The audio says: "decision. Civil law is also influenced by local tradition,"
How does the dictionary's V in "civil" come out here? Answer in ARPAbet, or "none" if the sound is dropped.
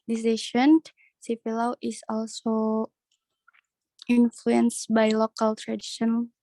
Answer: F